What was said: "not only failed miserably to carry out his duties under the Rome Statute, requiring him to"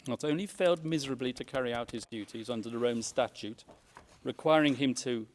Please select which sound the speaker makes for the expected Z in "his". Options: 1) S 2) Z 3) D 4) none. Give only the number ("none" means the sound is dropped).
2